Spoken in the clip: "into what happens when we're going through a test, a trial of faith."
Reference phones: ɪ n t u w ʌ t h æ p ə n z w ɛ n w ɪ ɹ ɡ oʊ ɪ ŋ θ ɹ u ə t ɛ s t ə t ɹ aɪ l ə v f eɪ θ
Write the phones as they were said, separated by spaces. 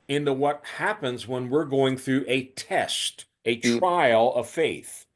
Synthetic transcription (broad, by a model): ɪ n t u w ʌ t h æ p ə n z w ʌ n w ɪ ɹ ɡ oʊ ɪ ŋ θ ɹ u ə t ɛ s t ə t ɹ aɪ l ə v f eɪ θ